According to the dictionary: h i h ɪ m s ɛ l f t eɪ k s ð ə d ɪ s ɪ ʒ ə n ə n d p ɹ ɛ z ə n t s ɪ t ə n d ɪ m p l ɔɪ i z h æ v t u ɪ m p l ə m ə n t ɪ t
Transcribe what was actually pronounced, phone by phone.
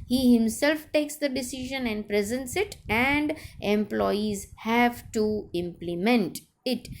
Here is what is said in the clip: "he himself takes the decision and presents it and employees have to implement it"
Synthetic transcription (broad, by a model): h i h ɪ m s ɛ l f t eɪ k s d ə d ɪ s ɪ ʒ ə n ə n d p ɹ ɛ z ə n t s ɪ t ə n d ɪ m p l ɔɪ i z h æ v t u ɪ m p l ə m ə n t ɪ t